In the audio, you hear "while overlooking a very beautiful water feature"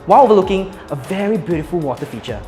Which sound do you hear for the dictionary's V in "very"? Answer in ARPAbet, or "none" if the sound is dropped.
V